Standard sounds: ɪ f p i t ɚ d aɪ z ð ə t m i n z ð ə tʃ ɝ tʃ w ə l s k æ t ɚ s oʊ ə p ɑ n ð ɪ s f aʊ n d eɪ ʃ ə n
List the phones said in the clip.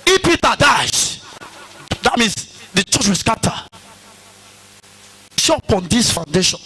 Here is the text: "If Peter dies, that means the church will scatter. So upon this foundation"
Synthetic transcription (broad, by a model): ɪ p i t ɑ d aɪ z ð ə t m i n s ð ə tʃ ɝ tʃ w ə l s k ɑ t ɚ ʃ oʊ ə p ɑ n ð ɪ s f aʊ n d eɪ ʃ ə n